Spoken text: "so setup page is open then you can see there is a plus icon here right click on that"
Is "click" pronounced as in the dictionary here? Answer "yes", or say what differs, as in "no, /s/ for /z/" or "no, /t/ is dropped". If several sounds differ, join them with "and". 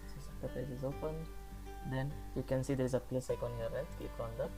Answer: no, /l/ is dropped